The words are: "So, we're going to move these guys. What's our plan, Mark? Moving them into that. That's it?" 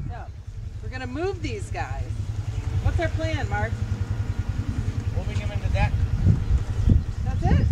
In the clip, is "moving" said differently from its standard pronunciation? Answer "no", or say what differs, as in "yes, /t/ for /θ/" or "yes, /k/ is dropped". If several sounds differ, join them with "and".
yes, /w/ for /v/